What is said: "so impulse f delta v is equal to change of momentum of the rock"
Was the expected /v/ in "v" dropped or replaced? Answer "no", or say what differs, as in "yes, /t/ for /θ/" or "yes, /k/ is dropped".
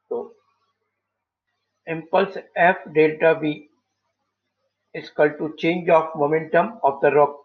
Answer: yes, /b/ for /v/